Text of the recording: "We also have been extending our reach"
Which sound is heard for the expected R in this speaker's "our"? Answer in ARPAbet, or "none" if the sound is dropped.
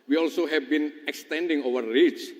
W